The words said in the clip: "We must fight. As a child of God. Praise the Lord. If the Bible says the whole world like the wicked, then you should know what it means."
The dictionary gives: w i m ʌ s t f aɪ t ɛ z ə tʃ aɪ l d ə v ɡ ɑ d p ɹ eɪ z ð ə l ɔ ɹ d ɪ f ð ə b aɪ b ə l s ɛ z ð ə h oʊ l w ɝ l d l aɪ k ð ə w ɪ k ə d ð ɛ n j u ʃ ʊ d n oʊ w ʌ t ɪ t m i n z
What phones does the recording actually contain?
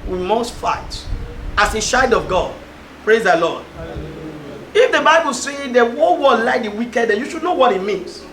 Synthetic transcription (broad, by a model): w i m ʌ s t f aɪ t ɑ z ə ʃ aɪ d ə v ɡ ɑ d p ɹ eɪ z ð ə l ɔ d ɪ f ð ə b aɪ b ə l s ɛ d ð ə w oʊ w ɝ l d l aɪ k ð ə w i k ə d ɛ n j u ʃ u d n oʊ w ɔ t ɪ t m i n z